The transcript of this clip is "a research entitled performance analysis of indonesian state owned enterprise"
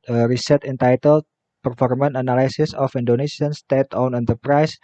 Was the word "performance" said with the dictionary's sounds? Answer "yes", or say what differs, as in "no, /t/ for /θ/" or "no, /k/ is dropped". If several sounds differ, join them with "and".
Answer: no, /s/ is dropped